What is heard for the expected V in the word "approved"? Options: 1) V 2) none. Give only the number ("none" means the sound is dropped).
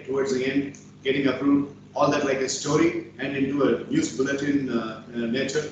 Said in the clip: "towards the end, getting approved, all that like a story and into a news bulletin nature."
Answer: 2